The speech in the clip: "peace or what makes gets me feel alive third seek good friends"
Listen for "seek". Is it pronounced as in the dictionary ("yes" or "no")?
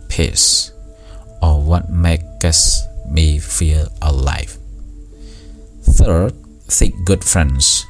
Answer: no